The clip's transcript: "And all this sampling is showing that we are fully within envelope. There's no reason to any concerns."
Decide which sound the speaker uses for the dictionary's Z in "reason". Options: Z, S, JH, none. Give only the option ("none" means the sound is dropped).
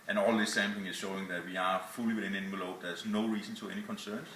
S